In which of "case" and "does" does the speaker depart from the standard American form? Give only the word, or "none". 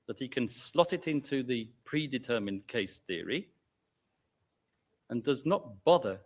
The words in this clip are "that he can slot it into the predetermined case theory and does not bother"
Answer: none